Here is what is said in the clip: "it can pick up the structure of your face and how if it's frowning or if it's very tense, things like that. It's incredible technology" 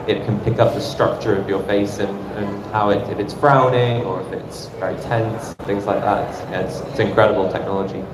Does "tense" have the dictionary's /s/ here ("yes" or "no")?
yes